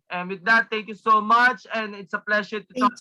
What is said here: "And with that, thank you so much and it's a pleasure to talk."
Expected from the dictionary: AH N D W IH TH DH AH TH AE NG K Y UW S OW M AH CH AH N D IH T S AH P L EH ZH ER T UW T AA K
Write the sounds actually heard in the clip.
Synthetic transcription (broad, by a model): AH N W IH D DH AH T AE NG K Y UW S OW M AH CH AH N D IH T S AH P L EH SH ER T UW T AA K